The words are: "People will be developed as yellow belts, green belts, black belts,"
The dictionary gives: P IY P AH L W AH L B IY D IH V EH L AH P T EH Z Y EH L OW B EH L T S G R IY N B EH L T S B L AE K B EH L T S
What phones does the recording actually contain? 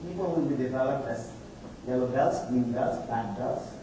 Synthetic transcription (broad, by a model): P IY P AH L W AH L B IY D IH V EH L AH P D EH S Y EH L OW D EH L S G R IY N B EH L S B AE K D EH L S